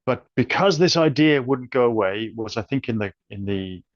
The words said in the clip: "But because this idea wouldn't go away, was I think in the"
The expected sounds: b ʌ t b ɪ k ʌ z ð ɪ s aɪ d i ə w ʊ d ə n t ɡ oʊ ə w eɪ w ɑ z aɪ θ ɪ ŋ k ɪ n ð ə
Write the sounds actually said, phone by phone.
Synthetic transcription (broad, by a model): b ʌ t b ɪ k ʌ z ð ɪ s aɪ d i ə w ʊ d n ɡ oʊ ə w eɪ w ɑ z aɪ θ ɪ ŋ k ɪ n ð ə